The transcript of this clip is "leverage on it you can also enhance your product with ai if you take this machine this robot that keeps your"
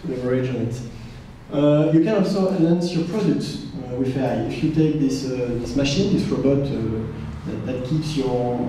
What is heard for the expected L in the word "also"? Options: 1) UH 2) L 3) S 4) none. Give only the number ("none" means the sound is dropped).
2